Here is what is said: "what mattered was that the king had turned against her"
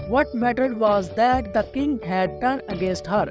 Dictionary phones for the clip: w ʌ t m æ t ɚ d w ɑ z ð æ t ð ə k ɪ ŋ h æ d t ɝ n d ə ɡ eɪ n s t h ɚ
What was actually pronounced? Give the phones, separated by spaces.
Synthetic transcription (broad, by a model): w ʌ t m æ t ɚ d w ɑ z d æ t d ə k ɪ ŋ h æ d t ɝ n ə ɡ eɪ n s t h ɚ